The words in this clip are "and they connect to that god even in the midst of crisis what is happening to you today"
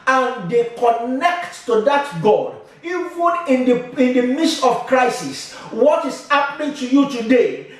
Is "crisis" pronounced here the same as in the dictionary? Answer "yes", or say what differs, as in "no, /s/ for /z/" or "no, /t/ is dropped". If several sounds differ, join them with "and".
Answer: yes